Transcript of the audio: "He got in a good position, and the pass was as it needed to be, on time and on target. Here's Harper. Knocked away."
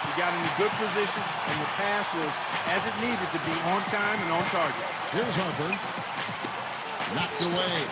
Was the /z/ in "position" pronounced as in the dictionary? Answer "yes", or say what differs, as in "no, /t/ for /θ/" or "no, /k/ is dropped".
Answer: yes